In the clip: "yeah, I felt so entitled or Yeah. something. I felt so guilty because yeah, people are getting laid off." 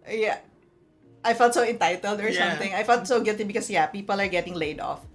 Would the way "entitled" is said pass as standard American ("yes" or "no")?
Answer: yes